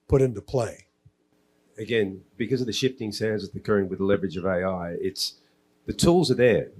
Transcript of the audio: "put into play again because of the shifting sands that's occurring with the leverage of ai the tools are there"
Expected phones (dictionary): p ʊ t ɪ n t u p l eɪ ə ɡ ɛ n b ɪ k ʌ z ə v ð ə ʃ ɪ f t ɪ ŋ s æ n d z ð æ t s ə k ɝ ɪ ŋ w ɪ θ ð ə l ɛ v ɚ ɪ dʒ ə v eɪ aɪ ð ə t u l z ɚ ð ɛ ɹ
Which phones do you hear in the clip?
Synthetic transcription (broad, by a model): p ʊ t ɪ n t u p l eɪ ə ɡ ɛ n b ɪ k ʌ z ə v ð ə ʃ ɪ f t ɪ ŋ s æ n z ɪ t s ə k ɝ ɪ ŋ w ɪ ð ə l ɛ v ɚ ɪ dʒ ə v eɪ aɪ ð ə t u l z ɚ ð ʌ ɹ